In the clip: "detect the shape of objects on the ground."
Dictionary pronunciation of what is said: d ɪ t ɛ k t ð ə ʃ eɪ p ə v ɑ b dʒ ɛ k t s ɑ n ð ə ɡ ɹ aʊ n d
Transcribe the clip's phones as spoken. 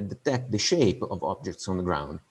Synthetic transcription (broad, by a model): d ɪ t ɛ k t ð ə ʃ eɪ p ə v ɑ b dʒ ɛ k t s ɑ n ð ə ɡ ɹ aʊ n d